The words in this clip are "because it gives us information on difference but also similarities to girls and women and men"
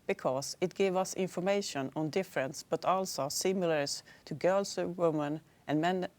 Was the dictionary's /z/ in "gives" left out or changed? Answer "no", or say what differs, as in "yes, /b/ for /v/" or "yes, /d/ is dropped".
yes, /z/ is dropped